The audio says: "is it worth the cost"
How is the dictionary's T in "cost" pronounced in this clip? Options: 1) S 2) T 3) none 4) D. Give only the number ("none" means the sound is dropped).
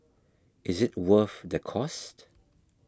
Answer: 2